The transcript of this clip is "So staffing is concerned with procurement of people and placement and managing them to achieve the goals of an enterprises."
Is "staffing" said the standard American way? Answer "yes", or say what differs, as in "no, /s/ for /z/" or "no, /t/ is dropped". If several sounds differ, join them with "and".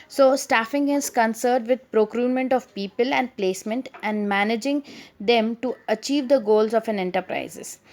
yes